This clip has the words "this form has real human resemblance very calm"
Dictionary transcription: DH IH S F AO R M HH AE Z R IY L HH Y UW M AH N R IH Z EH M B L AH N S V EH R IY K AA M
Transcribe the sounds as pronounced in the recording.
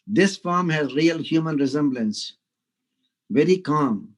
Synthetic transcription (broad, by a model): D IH S F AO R M HH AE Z R IY L HH Y UW M AH N R IH Z EH M B L AH N S V EH R IY K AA M